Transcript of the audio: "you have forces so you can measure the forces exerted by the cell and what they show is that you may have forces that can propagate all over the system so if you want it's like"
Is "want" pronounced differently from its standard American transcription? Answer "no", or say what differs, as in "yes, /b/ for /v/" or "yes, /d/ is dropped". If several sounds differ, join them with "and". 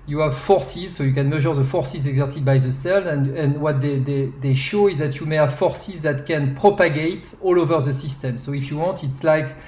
no